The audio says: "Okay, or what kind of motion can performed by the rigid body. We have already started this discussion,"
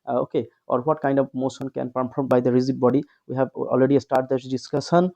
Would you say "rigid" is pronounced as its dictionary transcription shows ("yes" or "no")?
no